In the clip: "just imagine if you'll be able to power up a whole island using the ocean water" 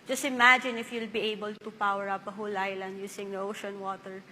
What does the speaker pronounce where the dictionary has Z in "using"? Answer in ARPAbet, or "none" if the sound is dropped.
S